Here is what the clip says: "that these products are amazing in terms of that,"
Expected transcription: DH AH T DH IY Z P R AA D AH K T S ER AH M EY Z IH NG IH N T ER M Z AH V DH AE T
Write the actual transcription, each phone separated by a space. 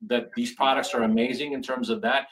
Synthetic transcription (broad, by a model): DH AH T DH IY Z P R AA D AH K T S ER AH M EY Z IH NG IH N T ER M Z AH V DH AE T